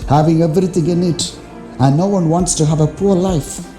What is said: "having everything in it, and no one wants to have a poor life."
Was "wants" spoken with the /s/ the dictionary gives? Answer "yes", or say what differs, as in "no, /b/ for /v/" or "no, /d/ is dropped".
yes